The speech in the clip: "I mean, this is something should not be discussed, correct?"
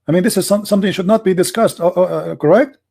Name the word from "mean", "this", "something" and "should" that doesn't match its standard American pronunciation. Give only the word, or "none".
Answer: something